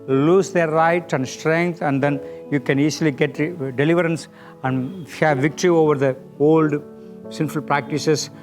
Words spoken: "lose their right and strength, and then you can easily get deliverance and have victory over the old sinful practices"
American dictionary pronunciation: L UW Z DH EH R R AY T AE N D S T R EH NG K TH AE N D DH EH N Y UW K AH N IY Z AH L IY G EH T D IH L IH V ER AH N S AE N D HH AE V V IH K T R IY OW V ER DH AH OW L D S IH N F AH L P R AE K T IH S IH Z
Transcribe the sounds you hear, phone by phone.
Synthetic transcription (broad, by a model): L UW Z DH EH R R AY T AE N D S T R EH NG K T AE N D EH N Y UW K AH N IY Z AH L IY G EH T D IH L IH V ER AH N S AE N D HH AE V V IH K T R IY OW V ER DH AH OW L D S IH N F AH L P R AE K T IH S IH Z